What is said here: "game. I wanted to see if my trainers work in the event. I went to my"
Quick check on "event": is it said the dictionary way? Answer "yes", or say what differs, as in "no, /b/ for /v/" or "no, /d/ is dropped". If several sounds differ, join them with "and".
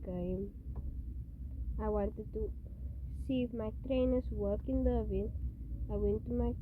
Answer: no, /t/ is dropped